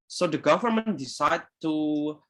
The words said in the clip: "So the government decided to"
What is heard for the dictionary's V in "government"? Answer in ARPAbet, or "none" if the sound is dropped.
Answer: V